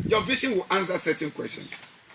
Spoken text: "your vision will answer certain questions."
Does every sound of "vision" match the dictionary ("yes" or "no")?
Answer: no